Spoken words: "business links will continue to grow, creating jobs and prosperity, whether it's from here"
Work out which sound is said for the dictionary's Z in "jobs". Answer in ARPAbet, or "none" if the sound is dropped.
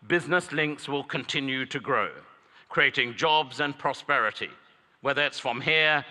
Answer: Z